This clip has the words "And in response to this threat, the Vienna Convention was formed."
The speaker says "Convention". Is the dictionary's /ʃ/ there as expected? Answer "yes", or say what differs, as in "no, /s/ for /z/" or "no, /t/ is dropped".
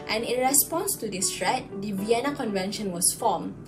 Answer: yes